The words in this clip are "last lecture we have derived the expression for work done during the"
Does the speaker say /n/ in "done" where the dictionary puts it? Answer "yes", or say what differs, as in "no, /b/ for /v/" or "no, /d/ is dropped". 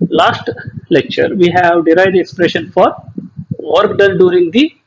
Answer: no, /l/ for /n/